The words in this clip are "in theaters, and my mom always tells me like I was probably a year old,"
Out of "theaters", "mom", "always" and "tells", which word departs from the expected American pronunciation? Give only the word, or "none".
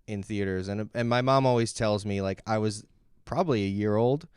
none